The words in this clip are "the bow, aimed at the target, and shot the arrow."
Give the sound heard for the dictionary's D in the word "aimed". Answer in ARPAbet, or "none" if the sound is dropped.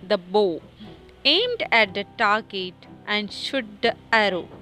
D